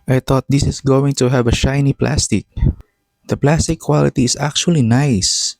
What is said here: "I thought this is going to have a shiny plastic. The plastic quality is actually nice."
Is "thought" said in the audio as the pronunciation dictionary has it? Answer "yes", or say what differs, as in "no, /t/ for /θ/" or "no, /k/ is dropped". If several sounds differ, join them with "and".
no, /t/ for /θ/